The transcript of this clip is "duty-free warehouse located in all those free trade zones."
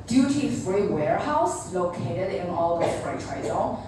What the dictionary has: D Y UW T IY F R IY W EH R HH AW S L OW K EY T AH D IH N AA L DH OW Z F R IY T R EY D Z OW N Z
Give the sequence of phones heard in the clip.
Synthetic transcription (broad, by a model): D Y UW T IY F R IY W EH R HH AW S L OW K EY T AH D IH N AA L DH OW F R IY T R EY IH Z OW